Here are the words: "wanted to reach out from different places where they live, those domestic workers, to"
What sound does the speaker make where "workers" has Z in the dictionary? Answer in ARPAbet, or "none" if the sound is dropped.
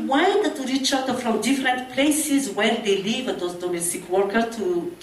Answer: none